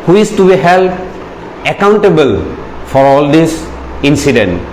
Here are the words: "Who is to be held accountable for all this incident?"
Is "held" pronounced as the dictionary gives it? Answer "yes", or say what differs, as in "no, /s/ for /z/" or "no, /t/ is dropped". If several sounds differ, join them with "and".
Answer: no, /d/ is dropped